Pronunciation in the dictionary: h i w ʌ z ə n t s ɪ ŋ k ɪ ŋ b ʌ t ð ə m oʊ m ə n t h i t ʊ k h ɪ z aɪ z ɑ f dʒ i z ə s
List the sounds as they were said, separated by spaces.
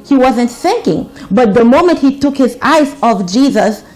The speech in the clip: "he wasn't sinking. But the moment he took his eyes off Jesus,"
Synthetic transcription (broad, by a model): h i w ʌ z ə n t θ ɪ ŋ k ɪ ŋ b ʌ t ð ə m oʊ m ə n t h i t ʊ k h ɪ z aɪ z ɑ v dʒ i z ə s